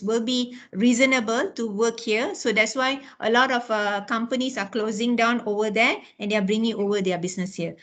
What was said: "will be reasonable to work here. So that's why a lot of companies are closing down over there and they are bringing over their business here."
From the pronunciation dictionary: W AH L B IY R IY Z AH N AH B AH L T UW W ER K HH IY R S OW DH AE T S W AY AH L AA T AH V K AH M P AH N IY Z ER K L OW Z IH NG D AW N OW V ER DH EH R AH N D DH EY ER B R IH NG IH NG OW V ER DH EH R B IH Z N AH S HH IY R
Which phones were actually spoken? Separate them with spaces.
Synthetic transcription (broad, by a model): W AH L B IY R IY Z AH N AH B AH L T UW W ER K HH IY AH S OW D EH T S W AY AH L AA T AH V K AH M P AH N IY S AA K L OW Z IH NG D AW N OW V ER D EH AH N D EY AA B R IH NG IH NG OW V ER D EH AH B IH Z N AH S HH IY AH